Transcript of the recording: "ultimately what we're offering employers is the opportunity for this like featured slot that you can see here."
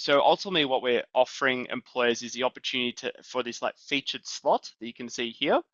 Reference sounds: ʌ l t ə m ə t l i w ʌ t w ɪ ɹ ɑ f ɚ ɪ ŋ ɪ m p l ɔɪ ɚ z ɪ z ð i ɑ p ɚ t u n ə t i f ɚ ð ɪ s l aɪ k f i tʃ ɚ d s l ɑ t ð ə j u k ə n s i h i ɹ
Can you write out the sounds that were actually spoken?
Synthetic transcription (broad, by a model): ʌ l t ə m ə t l i w ʌ t w ɪ ɹ ɑ f ɚ ɪ ŋ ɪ m p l ɔɪ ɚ z ɪ z ð i ɑ p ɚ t u n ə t i f ɚ ð ɪ s l aɪ k f i tʃ ɚ d s l ɑ t ð ə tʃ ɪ k ə n s i h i ɹ